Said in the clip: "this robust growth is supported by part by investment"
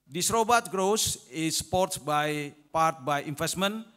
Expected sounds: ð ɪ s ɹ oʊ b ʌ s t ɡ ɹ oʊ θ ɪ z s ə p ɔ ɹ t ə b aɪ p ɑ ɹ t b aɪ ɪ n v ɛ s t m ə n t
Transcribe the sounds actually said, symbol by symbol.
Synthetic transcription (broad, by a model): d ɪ s ɹ oʊ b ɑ t ɡ ɹ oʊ s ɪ s p ɔ ɹ t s b aɪ p ɑ ɹ t b aɪ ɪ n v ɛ s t m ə n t